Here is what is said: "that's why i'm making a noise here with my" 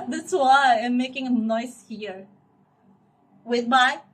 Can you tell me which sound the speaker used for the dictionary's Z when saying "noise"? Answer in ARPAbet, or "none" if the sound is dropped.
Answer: S